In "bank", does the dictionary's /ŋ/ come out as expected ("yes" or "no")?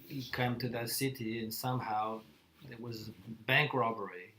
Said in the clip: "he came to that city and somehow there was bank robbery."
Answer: yes